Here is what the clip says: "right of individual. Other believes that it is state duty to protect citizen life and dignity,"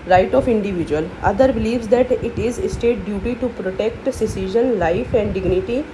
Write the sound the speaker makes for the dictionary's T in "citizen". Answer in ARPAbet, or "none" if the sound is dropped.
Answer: S